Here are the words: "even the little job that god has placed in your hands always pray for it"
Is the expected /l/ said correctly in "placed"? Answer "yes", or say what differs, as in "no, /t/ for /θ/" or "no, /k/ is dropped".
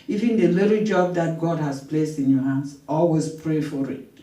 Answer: yes